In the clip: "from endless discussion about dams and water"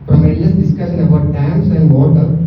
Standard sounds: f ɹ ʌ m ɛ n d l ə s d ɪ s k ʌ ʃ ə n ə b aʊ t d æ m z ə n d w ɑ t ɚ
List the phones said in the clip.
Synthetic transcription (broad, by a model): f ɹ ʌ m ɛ d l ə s d ɪ s k ʌ ʃ ə n ə b aʊ t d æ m s ə n d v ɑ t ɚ